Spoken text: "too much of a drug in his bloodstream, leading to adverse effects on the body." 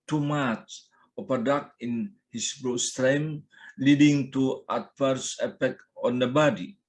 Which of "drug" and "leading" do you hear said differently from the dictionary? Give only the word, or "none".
drug